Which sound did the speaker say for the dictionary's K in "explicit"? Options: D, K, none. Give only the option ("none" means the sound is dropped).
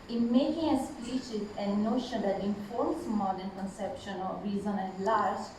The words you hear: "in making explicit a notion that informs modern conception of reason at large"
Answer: none